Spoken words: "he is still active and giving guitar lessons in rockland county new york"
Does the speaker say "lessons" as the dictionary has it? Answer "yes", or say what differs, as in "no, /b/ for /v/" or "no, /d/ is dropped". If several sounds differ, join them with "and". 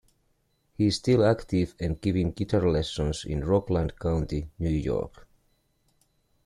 no, /s/ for /z/